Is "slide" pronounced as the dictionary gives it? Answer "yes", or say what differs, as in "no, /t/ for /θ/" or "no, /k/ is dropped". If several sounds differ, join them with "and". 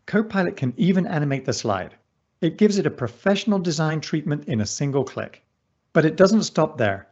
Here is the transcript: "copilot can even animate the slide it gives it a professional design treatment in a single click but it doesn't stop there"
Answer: yes